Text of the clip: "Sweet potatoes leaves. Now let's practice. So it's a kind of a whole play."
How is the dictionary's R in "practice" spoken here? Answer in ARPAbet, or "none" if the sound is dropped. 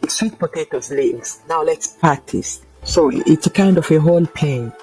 none